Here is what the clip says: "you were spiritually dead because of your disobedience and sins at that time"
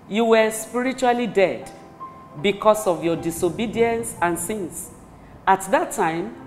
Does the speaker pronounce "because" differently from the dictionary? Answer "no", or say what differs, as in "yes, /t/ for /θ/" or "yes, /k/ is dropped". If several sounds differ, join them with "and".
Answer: yes, /s/ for /z/